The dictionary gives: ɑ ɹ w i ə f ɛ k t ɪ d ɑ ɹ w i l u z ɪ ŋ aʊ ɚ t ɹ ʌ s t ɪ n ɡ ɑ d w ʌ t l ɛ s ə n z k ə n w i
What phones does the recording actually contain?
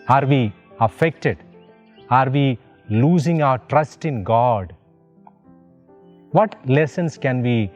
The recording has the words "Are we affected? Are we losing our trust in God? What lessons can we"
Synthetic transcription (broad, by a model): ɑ ɹ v i ə f ɛ k t ɪ d ɑ ɹ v i l u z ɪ ŋ aʊ ɚ t ɹ ʌ s t ɪ n ɡ ɑ d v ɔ t l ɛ s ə n s k ə n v i